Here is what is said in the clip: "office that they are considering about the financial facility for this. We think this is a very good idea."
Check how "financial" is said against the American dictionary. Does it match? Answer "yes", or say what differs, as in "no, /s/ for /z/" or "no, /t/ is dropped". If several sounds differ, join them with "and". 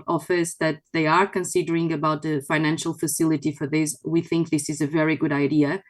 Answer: yes